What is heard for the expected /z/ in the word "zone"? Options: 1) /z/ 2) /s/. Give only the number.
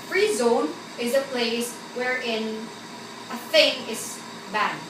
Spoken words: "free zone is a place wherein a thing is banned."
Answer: 1